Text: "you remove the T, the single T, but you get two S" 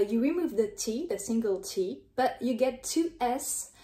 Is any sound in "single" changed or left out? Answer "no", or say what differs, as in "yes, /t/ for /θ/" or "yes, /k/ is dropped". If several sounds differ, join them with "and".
no